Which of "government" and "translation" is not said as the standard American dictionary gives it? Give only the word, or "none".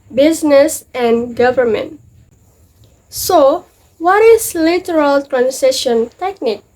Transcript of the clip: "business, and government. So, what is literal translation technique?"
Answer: translation